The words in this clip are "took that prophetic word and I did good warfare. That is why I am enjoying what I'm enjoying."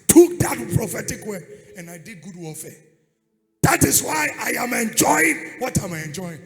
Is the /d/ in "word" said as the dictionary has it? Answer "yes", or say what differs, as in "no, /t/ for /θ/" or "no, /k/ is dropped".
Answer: no, /d/ is dropped